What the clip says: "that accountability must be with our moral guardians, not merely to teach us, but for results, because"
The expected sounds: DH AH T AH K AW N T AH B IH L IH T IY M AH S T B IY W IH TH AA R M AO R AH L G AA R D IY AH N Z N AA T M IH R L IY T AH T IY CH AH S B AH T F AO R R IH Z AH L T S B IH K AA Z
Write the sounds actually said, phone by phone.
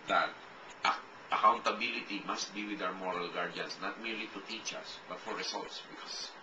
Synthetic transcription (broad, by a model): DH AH T AH K AW N T AH B IH L IH T IY M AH S T B IY W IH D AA W M AO R AH L G AA R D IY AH N S N AA T M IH R L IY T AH T IY CH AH S B AH T F AO R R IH S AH L T S B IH K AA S